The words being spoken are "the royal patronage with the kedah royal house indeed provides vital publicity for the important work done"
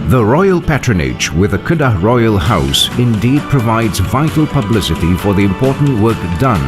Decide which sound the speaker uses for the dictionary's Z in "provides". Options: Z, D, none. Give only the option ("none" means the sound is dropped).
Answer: Z